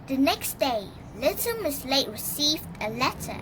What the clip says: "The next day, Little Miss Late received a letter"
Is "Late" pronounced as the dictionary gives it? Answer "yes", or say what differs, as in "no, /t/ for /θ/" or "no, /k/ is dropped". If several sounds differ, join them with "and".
yes